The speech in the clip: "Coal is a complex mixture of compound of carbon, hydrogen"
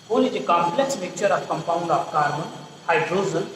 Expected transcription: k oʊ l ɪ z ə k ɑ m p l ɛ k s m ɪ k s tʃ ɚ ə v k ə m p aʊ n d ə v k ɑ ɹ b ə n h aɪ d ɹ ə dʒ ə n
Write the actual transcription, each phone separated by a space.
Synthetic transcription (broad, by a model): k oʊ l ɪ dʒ ə k ɑ m p l ɛ k s m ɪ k tʃ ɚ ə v k ə m p aʊ n d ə p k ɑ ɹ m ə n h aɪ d ɹ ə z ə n